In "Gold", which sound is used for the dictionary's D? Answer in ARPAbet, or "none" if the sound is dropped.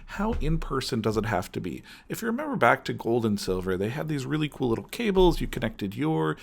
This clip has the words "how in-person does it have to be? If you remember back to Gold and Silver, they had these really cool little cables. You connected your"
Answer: D